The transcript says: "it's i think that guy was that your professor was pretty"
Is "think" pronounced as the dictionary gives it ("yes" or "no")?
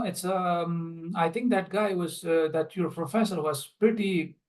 no